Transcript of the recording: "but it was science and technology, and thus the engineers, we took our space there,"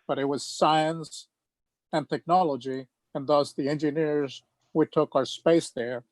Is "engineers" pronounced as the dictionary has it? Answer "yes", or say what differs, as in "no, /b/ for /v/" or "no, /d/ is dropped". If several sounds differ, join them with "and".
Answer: yes